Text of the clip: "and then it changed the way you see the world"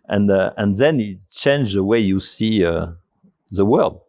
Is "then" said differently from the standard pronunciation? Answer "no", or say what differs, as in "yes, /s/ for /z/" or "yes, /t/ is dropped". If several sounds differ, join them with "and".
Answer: no